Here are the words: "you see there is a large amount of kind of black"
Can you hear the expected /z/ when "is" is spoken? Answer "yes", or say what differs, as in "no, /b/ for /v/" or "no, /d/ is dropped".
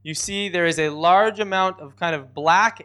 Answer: yes